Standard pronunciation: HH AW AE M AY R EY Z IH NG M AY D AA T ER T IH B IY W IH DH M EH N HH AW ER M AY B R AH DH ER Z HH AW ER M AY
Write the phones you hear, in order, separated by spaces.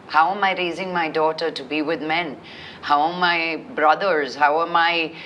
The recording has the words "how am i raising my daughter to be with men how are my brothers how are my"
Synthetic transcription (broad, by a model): HH AW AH M AY R EY Z IH NG M AY D AA T ER T IH B IY W IH DH M EH N HH AW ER M AY B R AH DH ER Z HH AW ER M AY